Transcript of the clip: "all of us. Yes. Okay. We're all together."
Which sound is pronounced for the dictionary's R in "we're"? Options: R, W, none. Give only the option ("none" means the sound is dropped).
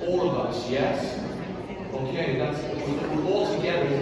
W